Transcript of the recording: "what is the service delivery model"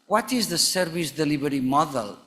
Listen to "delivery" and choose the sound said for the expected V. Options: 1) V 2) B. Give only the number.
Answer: 2